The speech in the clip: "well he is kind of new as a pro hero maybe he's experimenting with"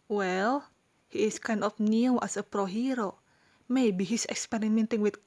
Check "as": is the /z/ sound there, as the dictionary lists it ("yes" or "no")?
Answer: no